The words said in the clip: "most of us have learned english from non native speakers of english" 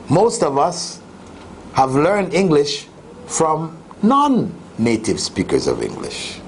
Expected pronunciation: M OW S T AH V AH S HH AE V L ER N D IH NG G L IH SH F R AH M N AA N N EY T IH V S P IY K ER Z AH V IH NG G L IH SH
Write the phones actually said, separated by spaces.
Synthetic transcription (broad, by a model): M OW S T AH V AH S HH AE V L ER N D IH NG G L IH SH F R AH M N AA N N EY T IH V S P IY K ER Z AH V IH NG G L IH SH